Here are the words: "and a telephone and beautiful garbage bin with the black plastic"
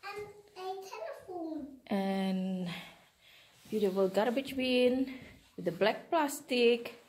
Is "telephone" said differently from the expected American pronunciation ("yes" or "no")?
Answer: yes